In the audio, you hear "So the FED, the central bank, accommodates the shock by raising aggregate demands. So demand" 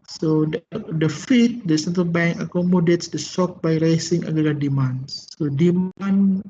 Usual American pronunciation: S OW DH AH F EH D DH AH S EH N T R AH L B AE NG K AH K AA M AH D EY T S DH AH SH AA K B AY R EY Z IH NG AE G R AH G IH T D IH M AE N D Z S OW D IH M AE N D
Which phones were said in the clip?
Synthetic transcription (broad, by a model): S OW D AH F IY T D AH S EH N T R AH L B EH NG K AH K AA M AH D EY T S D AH S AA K B AY R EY S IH NG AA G AH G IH D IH M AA N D S OW D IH M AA N